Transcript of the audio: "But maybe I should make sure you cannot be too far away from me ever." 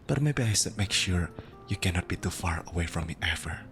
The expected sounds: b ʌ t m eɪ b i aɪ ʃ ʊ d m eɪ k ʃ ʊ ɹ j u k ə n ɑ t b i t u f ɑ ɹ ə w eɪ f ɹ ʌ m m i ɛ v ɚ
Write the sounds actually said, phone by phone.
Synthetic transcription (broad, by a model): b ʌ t m eɪ b i aɪ s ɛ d m eɪ k ʃ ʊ ɹ j u k ə n ɑ t b i t u f ɑ ɹ ə w eɪ f ɹ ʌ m m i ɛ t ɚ